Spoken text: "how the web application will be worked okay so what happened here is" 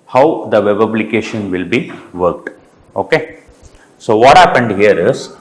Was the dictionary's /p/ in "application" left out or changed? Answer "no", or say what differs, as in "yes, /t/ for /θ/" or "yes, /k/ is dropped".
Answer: yes, /b/ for /p/